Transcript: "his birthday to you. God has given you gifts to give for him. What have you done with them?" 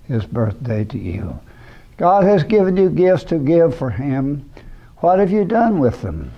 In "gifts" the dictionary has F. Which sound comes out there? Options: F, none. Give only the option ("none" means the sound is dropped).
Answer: F